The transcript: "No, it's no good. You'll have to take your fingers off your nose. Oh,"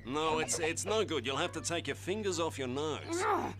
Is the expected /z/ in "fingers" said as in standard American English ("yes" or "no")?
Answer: yes